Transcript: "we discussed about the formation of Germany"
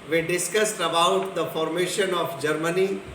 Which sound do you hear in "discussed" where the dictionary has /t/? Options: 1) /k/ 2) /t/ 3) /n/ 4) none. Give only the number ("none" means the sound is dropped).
2